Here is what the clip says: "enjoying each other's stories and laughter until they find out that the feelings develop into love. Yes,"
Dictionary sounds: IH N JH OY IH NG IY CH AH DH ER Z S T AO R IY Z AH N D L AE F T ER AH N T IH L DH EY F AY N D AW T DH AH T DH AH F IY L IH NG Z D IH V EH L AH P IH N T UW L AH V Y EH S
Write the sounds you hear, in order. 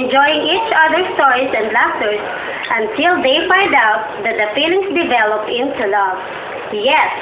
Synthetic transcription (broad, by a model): N JH OY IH NG IY CH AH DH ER S T AO R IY S AH N D L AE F T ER AH N T IH L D EY F AY N D AW T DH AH T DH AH F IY L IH NG S D IH V EH L AH P IH N T UW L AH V Y EH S